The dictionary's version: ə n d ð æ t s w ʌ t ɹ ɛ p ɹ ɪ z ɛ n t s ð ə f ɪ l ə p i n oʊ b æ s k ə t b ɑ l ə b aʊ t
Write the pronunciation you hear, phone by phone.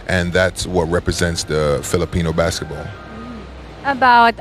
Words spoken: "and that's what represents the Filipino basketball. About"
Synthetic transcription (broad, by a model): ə n ð æ t s w ʌ t ɹ ɛ p ɹ ɪ z ɛ n t s ð ə f ɪ l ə p i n oʊ b æ s k ə t b ɑ l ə b aʊ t